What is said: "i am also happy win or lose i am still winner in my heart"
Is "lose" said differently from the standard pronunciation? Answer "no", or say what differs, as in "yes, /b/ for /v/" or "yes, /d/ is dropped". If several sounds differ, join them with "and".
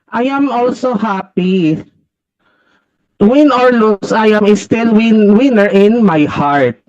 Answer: yes, /s/ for /z/